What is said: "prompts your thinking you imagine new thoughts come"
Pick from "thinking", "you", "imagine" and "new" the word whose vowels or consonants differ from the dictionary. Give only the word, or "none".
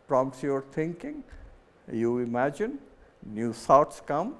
thinking